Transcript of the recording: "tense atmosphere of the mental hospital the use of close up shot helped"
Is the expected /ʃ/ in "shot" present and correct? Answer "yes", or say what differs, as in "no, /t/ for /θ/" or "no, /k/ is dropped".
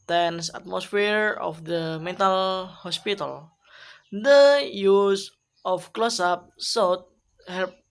no, /s/ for /ʃ/